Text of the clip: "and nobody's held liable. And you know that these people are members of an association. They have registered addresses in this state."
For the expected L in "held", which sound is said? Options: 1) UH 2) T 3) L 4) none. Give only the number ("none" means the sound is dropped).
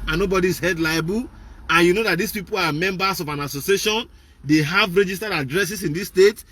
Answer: 4